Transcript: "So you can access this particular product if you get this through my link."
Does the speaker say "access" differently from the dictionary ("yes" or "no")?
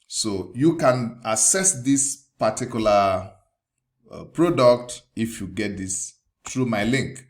yes